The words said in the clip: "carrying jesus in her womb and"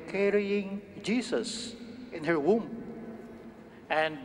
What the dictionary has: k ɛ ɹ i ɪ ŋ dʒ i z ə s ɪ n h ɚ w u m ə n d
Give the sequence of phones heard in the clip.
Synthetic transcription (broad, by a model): k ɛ ɹ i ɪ ŋ dʒ i s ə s ɪ n h ɚ w u m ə n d